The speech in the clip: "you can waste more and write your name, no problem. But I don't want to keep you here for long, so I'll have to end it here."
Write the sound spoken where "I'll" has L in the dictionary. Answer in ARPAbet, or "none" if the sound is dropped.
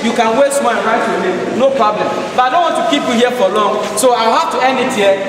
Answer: W